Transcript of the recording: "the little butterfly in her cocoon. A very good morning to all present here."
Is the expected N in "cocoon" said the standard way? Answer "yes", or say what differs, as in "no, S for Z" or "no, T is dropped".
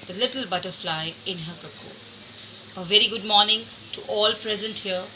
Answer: no, N is dropped